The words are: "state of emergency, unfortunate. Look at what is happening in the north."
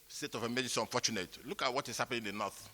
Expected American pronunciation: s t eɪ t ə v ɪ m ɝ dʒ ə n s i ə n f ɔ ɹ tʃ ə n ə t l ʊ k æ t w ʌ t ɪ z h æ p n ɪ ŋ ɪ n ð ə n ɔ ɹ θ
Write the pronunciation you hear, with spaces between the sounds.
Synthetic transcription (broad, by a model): s t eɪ t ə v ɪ m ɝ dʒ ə s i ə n f ɔ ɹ tʃ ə n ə t l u k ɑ t w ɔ t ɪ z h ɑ p ɪ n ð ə n ɔ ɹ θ